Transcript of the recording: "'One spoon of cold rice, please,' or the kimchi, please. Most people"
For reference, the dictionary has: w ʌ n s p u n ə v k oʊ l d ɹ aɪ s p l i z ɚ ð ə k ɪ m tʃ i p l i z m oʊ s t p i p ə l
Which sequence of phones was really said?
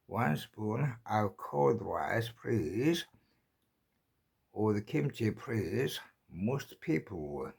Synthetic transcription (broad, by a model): w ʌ n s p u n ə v k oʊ d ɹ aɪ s p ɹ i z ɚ ð ə k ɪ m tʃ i p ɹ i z m oʊ s t p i p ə l